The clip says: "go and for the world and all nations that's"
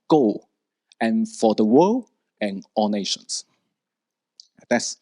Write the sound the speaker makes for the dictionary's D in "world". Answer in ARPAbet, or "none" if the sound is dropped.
none